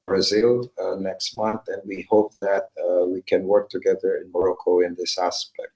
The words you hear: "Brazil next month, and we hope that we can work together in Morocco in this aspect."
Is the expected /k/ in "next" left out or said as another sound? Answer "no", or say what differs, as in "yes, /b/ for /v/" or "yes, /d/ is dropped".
no